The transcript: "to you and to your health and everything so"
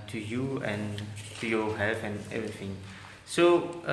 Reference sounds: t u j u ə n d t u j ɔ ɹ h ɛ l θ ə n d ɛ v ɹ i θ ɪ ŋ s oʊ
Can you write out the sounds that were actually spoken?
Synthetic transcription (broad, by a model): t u j u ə n t u j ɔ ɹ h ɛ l f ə n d ɛ v ɹ i θ ɪ ŋ s oʊ